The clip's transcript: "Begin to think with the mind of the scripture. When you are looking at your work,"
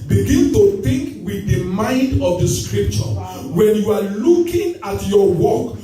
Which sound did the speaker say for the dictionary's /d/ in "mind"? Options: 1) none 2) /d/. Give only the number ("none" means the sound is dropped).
2